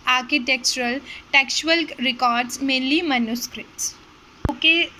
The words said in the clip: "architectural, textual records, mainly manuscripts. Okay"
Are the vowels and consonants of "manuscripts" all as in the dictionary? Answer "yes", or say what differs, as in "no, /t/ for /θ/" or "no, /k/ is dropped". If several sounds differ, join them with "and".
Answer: no, /p/ is dropped